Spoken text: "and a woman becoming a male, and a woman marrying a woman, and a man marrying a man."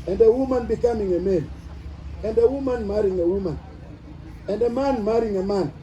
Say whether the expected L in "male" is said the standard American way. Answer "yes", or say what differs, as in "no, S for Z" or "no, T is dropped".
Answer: no, N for L